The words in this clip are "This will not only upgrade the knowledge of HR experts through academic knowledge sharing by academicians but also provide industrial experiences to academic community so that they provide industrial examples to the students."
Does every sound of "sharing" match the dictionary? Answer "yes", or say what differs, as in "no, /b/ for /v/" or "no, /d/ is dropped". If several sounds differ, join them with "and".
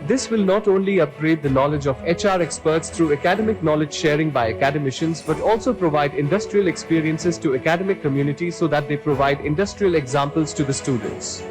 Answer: yes